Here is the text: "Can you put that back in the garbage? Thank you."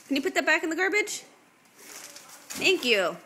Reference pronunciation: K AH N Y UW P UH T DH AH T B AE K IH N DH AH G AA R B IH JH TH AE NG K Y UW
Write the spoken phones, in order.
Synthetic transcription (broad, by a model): K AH N Y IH P UH T DH AH T B AE K IH N DH AH G AA R B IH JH TH AE NG K Y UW